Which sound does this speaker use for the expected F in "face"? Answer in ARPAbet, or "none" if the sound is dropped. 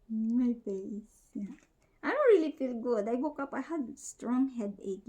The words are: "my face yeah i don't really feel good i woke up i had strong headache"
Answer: P